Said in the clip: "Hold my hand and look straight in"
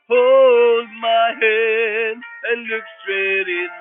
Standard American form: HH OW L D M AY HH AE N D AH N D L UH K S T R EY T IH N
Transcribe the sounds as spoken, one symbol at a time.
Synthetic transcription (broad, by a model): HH OW L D M AY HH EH D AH N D L UH K S T R EY T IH